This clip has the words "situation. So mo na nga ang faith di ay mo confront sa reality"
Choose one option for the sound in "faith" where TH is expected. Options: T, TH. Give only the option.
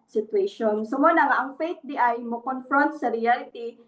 T